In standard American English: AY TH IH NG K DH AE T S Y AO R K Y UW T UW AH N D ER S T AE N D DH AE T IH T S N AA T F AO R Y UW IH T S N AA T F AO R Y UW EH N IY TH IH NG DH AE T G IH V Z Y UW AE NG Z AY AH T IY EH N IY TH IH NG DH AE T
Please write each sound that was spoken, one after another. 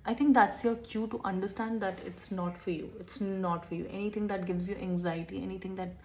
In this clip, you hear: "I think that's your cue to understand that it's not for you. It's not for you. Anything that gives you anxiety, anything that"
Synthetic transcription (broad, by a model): AY T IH NG K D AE T S Y AO R K Y UW T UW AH N D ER S T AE N D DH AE T IH T S N AA T F AO R Y UW IH T S N AA T F AO R Y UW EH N IY T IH NG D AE T G IH V Z Y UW AE NG Z AY AH T IY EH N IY T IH NG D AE T